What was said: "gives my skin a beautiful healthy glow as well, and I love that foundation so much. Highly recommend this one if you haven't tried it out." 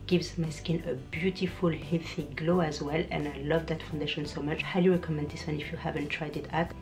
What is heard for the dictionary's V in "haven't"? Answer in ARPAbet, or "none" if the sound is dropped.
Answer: V